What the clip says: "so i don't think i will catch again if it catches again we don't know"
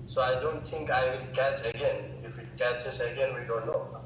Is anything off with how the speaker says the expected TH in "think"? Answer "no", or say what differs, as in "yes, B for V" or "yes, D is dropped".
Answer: yes, T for TH